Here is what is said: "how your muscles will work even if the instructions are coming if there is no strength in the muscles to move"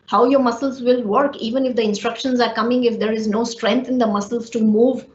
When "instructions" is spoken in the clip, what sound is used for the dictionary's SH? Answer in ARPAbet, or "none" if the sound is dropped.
SH